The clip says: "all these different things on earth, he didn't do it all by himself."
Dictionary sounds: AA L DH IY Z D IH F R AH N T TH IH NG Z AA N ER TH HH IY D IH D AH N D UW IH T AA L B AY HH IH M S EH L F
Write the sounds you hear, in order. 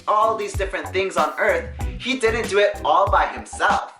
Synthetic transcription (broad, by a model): AA L DH IY Z D IH F R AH N TH IH NG Z N ER TH HH IY D IH D AH N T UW IH T AA L B AY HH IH M S EH L F